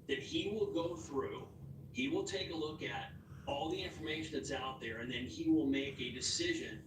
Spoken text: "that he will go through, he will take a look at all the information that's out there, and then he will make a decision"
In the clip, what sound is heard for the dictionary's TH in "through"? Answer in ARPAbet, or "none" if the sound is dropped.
TH